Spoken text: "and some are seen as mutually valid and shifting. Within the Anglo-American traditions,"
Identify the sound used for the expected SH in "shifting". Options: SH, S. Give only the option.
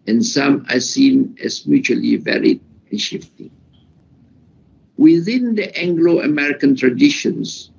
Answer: SH